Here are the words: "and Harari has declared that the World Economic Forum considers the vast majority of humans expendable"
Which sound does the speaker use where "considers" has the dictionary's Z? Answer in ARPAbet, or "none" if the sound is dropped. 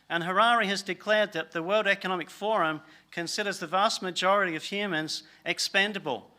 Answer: Z